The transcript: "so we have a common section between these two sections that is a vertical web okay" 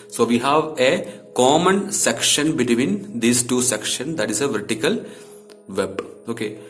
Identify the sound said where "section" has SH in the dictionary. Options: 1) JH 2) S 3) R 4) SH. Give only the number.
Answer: 4